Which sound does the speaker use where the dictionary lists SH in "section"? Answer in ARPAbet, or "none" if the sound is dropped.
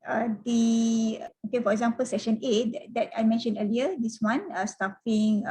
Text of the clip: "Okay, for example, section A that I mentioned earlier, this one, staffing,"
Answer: SH